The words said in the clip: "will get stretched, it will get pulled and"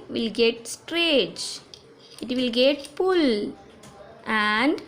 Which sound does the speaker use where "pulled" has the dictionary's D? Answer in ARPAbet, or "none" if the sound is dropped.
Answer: none